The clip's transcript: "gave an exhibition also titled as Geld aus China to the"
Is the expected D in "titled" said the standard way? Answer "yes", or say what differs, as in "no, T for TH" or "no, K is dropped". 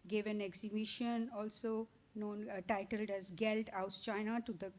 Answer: yes